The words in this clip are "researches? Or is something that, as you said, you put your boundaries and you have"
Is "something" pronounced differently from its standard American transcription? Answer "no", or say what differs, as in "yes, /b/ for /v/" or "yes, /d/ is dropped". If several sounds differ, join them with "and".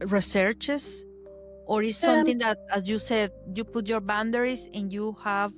yes, /t/ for /θ/